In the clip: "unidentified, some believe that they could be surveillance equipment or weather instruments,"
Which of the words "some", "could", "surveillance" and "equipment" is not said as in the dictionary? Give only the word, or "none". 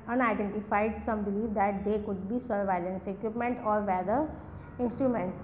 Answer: none